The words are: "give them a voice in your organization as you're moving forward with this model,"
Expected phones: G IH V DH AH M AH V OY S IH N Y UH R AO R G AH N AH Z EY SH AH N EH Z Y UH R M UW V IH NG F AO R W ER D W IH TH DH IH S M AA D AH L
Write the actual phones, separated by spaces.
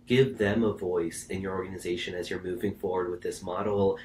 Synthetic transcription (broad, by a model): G IH V DH AH M AH V OY S IH N Y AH R AO R G AH N AH Z EY SH AH N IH Z Y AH R M UW V IH NG F AO R W ER D W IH DH IH S M AA D L